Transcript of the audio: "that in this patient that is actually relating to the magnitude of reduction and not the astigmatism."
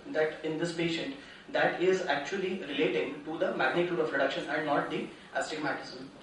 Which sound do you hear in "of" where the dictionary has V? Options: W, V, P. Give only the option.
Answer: P